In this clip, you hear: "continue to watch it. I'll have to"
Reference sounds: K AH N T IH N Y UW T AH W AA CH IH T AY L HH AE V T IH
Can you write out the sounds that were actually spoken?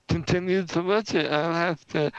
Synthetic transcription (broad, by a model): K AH N T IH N Y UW S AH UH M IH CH AY L HH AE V T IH